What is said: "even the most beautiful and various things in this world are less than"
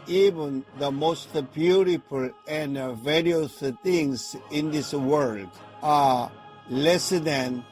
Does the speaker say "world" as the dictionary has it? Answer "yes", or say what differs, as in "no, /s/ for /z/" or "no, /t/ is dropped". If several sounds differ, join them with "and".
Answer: yes